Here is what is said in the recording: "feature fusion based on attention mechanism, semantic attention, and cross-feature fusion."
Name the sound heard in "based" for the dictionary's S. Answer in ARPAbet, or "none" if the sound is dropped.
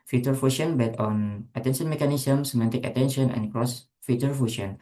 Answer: none